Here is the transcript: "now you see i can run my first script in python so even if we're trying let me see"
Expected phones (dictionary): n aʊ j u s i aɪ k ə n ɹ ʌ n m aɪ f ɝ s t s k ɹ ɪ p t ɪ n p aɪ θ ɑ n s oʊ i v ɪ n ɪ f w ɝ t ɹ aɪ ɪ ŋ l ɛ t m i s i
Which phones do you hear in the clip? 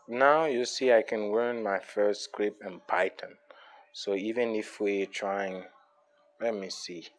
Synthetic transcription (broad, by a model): n aʊ j u s i aɪ k ə n w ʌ n m aɪ f ɝ s t s k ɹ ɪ p ɪ n p aɪ t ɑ n s oʊ i v ɪ n ɪ f w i t ɹ aɪ ɪ ŋ l ɛ t m i s i